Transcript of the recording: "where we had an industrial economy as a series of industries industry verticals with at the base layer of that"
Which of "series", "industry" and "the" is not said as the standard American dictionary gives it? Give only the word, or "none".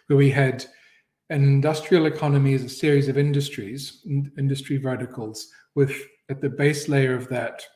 none